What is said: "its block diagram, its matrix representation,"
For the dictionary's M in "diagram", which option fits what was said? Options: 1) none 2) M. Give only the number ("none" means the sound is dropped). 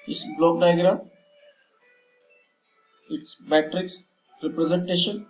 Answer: 1